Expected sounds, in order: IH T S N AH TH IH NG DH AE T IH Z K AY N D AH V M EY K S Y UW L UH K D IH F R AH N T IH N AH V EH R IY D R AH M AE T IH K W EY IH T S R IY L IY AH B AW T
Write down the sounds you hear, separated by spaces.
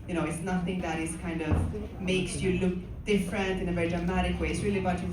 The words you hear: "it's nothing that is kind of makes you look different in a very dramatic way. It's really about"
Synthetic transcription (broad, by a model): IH T S N AH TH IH NG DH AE T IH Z K AY N D AH V M EY K S Y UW L UH K D IH F R AH N T IH N AH V EH R IY D R AH M AE T IH K W EY IH T S R IY L IY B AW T